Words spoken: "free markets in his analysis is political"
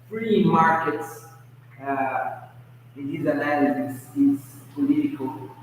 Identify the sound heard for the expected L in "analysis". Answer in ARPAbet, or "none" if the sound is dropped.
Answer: none